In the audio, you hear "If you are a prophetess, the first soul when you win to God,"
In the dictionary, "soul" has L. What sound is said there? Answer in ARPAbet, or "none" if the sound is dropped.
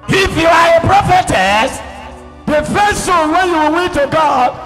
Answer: N